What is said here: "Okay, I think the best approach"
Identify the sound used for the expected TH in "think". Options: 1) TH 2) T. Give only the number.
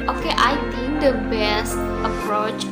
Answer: 2